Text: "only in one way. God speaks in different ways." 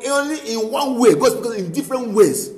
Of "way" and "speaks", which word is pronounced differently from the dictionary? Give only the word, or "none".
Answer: speaks